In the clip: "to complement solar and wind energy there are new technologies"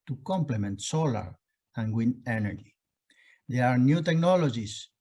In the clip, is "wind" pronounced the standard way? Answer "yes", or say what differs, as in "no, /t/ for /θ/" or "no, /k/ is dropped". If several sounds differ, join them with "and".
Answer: no, /d/ is dropped